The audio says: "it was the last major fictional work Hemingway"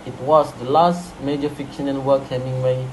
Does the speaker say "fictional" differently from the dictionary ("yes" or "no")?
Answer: yes